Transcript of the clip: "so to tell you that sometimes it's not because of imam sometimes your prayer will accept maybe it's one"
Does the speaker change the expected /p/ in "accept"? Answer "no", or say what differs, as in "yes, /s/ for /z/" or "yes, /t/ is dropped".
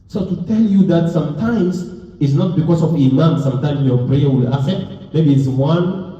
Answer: yes, /p/ is dropped